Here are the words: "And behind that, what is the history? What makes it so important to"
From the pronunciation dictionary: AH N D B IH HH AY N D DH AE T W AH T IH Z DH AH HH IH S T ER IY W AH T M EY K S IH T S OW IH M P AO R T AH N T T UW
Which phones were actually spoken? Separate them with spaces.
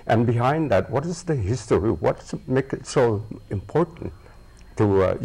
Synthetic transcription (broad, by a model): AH N B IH HH AY N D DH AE T W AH T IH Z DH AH HH IH S T ER IY W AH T M EY K IH T S OW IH M P AO R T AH N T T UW